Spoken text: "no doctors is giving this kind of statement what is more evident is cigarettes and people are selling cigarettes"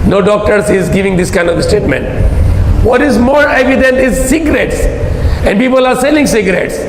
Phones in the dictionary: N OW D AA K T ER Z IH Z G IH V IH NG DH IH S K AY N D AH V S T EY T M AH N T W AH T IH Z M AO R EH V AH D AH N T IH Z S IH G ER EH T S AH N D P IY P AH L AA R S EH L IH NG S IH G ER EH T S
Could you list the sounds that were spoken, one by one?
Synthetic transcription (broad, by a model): N OW D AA K T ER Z IH Z G IH V IH NG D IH S K AY N D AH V S T EY T M AH N T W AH T IH Z M AO R EH V AH D AH N T IH Z S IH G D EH T S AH N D P IY P AH L AA R S EH L IH NG S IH G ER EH T S